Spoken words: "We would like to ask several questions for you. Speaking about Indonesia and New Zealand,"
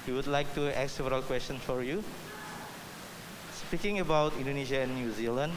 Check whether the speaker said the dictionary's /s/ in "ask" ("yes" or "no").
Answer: no